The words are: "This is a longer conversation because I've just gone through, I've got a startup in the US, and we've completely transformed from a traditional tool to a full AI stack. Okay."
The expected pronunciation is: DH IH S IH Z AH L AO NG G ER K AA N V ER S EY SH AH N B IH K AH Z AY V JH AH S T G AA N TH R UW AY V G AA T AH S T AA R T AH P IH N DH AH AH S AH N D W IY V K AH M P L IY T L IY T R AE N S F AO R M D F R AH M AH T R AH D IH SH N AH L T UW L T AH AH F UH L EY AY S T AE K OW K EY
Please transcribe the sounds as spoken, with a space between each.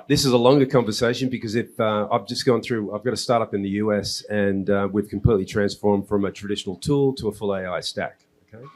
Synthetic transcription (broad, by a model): DH IH S IH Z AH L AO NG G ER K AA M V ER S EY SH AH N B IH K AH Z AY V JH AH S G AA N TH R UW AY V G AA T AH S T AA R T AH P IH N DH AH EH S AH N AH W IY V K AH M P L IY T L IY T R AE N S F AO R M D F R AH M AH T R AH D IH SH N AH L T UW L T AH AH F UH L EY AY S T AE K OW K EY